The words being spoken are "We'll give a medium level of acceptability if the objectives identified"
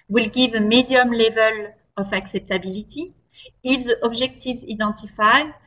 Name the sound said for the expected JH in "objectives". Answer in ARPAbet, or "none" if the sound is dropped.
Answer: ZH